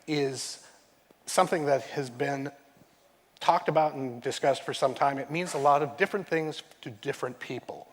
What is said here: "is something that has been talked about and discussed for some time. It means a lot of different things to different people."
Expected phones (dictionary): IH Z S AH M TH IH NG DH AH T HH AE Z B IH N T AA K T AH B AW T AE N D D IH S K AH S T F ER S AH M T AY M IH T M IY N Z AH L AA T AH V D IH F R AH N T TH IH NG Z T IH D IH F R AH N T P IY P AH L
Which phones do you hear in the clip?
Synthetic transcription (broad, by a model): IH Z S AH M TH IH NG DH AH T HH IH Z B IH N T AA K T AH B AW T N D D IH S K AH S T F ER S AH M T AY M IH T M IY N Z AH L AA T AH V D IH F R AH N TH IH NG Z T IH D IH F R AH N P IY P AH L